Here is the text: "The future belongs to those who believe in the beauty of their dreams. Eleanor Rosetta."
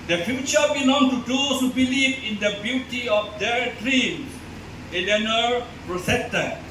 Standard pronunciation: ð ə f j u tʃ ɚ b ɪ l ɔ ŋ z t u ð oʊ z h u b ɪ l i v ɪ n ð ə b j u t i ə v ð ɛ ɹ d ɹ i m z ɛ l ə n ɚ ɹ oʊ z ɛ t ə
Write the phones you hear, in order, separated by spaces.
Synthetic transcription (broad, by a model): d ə f j u tʃ ɚ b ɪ n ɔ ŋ t u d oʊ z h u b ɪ l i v ɪ n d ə b j u t i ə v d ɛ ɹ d ɹ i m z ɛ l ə n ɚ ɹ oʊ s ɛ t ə